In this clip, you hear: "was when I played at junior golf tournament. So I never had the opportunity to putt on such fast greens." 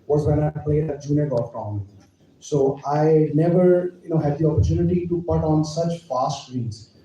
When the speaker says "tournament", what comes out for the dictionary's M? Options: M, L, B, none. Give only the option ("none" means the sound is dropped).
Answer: none